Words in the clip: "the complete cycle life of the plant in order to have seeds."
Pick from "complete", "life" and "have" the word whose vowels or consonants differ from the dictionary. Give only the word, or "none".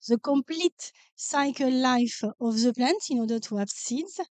have